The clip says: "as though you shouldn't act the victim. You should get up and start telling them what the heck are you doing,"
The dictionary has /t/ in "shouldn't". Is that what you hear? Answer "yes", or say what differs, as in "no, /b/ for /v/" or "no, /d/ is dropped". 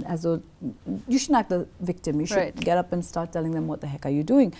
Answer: no, /t/ is dropped